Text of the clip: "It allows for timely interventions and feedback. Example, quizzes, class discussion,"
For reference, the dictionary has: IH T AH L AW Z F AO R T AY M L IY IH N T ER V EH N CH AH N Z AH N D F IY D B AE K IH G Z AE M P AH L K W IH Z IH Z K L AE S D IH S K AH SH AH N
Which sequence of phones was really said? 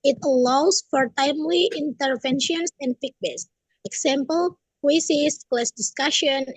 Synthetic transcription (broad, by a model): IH T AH L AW S F AO R T AY M L IY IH N T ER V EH N SH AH N S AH N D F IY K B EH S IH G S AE M P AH L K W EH S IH S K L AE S D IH S K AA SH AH N